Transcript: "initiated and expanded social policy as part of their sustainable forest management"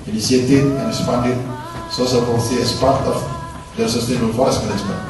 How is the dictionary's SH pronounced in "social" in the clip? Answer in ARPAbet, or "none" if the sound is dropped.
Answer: S